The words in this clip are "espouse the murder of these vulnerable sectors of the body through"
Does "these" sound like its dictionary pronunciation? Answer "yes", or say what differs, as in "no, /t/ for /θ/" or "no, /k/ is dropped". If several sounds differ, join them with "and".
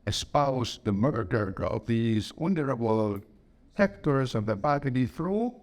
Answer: yes